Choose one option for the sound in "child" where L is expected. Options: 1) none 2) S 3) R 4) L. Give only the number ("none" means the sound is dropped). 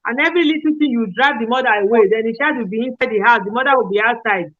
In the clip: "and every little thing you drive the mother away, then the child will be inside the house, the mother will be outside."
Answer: 1